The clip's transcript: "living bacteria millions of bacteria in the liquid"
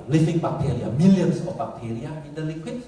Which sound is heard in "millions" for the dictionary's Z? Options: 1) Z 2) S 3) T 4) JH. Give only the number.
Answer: 2